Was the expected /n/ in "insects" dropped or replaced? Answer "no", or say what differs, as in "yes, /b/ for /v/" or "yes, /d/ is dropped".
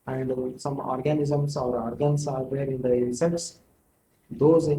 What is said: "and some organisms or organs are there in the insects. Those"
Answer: yes, /n/ is dropped